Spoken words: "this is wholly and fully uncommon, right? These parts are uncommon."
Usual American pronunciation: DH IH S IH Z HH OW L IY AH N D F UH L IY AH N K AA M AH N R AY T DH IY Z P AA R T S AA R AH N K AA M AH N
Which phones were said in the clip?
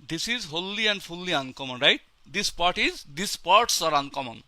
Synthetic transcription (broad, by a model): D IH S IH Z HH OW L IY AH N D P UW L IY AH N K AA M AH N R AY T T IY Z P AA R T S AA R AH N K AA M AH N